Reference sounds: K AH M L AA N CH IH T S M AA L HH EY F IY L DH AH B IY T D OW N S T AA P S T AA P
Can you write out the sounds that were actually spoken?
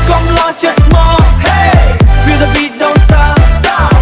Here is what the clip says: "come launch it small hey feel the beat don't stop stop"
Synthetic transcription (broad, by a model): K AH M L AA CH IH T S M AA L HH EY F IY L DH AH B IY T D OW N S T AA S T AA